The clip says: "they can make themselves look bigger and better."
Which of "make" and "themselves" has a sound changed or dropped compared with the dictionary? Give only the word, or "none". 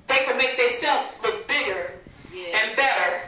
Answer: themselves